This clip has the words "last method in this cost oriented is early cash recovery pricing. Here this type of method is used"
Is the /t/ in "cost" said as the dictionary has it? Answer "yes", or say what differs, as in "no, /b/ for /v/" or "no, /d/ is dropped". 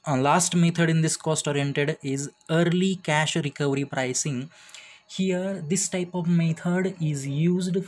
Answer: yes